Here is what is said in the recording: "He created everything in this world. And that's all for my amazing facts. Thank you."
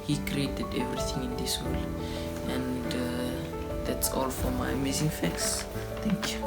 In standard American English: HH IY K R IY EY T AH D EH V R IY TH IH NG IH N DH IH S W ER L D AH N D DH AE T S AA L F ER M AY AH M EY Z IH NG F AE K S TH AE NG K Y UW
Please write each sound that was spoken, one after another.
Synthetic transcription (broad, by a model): HH IY K R IY EY T AH D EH V R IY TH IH NG IH N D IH S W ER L AH N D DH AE T S AA L F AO M AY AH M EY Z IH NG F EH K S T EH NG K Y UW